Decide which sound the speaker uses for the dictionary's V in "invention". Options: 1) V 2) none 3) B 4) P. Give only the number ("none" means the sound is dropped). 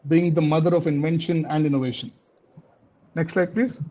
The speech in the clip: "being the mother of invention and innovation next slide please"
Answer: 1